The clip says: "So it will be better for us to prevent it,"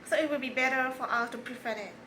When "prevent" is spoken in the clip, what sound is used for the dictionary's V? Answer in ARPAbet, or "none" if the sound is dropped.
F